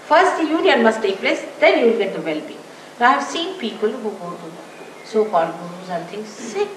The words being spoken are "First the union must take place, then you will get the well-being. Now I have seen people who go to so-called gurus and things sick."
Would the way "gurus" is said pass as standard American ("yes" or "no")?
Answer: no